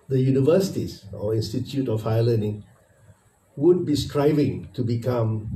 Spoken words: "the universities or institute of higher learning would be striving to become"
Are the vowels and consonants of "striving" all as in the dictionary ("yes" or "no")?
yes